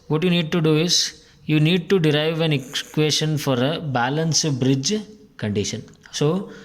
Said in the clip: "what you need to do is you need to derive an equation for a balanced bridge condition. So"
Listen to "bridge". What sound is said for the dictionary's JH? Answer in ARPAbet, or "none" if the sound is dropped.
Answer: JH